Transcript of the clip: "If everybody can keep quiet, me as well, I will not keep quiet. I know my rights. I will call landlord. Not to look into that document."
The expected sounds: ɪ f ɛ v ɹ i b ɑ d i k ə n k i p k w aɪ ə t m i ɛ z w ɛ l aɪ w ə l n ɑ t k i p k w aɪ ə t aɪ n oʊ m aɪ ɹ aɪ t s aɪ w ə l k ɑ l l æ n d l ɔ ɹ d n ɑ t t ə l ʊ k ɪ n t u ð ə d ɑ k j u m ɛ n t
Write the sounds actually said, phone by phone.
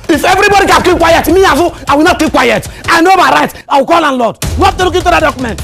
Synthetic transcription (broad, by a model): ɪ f ɛ v ɹ i b ɑ d i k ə k i p k w aɪ ə t m i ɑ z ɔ aɪ w ə l n ɑ t k i p k w aɪ ə t aɪ n oʊ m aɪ ɹ aɪ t aɪ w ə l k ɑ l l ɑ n l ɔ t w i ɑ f t ə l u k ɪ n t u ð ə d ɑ k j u m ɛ n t